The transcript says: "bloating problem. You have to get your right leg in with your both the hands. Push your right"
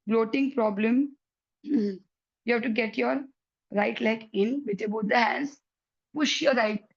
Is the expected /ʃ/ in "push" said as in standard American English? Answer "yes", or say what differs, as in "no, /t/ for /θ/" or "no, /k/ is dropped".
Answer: yes